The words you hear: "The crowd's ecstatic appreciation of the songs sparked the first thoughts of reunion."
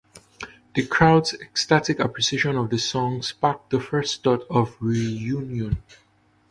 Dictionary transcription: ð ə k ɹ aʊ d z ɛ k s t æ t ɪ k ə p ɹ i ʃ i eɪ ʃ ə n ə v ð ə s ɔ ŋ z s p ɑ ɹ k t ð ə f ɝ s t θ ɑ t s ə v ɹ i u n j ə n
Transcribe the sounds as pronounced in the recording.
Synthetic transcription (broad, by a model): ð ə k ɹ aʊ d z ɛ k s t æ t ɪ k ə p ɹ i s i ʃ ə n ə v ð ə s ɔ ŋ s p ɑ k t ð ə f ɝ s t t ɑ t ə v ɹ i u n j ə n